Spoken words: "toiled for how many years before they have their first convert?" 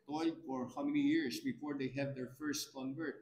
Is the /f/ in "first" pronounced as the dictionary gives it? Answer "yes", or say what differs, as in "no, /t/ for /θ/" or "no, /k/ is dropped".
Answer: yes